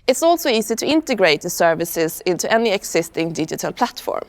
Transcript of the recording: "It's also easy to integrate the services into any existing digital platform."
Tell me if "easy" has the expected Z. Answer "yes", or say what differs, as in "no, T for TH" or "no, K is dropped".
no, S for Z